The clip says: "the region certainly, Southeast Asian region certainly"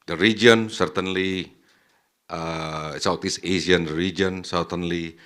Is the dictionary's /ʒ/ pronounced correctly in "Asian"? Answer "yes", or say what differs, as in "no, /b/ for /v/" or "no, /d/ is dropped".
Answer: no, /s/ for /ʒ/